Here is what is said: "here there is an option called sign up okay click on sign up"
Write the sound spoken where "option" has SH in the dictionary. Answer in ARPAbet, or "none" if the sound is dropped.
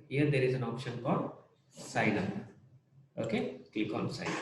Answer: SH